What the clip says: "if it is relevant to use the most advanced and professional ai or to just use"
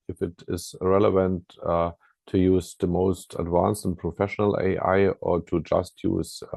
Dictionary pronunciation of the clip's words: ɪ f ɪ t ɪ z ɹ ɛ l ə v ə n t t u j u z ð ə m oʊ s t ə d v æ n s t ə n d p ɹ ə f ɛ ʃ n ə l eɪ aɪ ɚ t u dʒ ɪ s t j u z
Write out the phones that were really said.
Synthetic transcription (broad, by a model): ɪ f ɪ t ɪ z ɹ ɛ l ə v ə n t t u j u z ð ə m oʊ s t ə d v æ n s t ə n p ɹ ə f ɛ ʃ n ə l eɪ aɪ ɚ t u dʒ ɪ s t j u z